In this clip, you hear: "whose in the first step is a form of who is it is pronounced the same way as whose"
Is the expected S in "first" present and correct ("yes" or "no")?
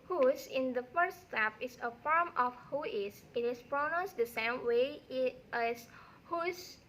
no